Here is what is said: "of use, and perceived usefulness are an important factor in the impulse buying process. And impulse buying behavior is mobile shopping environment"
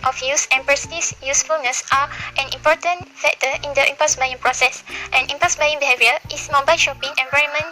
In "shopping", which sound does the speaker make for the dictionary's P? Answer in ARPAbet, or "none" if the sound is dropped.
P